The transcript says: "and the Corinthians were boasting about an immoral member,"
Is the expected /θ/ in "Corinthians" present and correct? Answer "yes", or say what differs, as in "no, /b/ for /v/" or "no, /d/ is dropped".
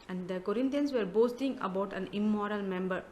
no, /t/ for /θ/